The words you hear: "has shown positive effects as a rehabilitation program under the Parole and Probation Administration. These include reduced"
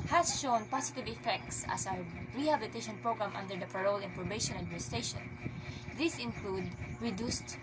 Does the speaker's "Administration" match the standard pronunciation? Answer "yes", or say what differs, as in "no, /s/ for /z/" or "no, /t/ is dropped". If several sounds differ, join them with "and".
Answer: no, /ɹ/ is dropped